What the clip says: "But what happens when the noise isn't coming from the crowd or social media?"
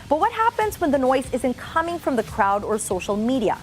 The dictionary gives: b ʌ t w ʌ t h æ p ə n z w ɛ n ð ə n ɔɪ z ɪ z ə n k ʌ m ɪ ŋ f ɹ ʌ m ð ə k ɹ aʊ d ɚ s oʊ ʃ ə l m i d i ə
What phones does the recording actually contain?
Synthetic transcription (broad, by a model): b ʌ t w ʌ t h æ p ə n z w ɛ n ð ə n ɔɪ z ɪ z ə n k ʌ m ɪ ŋ f ɹ ʌ m ð ə k ɹ aʊ d ɚ s oʊ ʃ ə l m i d i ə